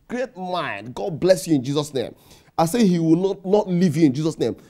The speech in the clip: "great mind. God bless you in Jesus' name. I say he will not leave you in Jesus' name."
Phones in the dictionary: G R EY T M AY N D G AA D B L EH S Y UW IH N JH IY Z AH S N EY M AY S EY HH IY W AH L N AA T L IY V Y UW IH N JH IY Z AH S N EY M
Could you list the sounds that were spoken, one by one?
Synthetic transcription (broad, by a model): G R EY T M AY N D G AA D B L EH S Y UW IH N JH IY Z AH S N EY M AY S EY HH IY W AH N N AA T L IY V Y UW IH N JH IY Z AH S N EY M